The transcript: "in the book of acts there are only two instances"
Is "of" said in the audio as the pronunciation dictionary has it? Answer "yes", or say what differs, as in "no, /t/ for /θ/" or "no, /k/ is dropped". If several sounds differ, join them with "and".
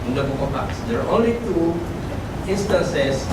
no, /p/ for /v/